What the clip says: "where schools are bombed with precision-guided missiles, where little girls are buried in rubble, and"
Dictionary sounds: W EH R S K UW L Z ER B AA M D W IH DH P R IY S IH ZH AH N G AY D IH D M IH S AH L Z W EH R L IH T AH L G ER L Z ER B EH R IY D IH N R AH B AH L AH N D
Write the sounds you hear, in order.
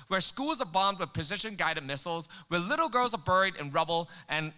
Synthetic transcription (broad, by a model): W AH R S K UW L Z ER B AA M D W IH DH P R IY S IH SH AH N G AY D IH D M IH S L Z W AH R L IH T L G ER L Z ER B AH R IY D IH N R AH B L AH N